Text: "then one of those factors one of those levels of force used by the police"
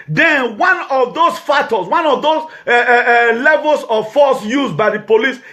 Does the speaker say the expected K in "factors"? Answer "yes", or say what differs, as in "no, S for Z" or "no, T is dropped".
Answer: no, K is dropped